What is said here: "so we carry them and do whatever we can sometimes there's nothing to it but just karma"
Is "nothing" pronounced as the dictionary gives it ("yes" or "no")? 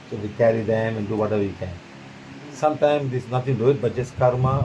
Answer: no